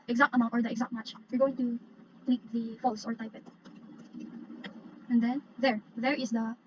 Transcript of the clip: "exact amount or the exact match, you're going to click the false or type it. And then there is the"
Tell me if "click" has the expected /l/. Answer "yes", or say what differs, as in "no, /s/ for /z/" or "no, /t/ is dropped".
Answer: no, /n/ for /l/